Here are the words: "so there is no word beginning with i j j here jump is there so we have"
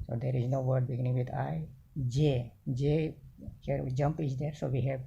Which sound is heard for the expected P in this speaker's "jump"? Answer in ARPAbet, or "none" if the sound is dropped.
P